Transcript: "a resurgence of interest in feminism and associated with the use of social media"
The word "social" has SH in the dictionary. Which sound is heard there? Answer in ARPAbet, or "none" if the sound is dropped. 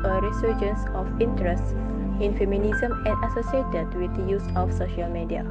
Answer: SH